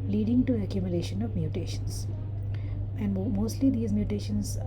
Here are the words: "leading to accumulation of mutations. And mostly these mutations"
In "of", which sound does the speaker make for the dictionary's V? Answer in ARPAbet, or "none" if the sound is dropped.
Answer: V